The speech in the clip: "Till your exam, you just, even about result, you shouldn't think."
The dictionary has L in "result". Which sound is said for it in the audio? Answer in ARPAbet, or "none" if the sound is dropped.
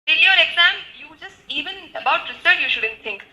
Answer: none